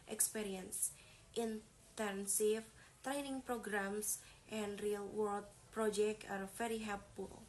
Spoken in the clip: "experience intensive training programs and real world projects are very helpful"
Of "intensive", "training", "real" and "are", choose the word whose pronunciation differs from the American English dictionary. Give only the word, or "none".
intensive